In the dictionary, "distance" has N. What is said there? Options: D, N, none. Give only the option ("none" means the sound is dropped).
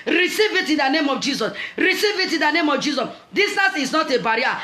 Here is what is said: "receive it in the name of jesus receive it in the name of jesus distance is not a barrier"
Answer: none